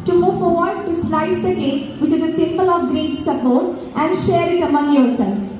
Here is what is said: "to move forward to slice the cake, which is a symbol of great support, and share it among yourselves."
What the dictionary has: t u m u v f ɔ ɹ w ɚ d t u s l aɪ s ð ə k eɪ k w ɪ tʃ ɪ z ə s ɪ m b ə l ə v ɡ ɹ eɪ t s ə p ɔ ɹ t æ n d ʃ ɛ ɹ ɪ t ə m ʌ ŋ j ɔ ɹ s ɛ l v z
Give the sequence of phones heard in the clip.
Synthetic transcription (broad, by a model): t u m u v f ɔ ɹ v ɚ d t u s l aɪ s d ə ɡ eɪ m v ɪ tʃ ɪ z ə s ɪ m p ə l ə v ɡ ɹ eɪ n s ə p ɔ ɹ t æ n d ʃ ɛ ɹ ɪ t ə m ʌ ŋ j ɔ ɹ s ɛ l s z